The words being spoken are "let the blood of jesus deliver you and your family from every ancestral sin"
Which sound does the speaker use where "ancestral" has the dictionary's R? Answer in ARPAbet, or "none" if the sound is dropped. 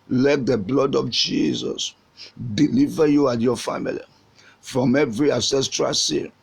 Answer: R